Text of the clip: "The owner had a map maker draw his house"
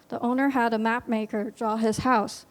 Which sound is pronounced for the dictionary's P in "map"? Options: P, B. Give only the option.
P